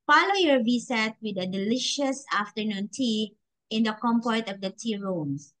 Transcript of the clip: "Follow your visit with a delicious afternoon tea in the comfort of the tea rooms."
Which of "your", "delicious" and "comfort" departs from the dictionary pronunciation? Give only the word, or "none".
comfort